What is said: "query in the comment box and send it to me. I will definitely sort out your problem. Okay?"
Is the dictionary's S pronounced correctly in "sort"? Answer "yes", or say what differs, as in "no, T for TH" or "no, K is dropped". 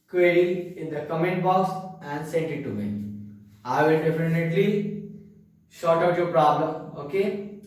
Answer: no, SH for S